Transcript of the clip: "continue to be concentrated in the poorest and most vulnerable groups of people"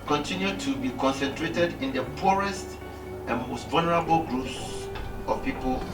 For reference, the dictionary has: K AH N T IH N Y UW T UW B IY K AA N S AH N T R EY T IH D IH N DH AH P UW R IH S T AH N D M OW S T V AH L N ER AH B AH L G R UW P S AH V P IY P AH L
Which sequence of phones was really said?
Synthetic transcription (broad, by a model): K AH N T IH N Y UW T UW B IY K AA N S AH N T R EY T IH D IH N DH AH P UW R IH S T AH N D M OW S T V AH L N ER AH B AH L G R UW P S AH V P IY P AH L